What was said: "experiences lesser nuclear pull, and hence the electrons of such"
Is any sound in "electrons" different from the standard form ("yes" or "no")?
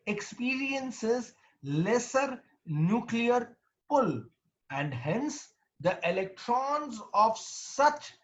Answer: no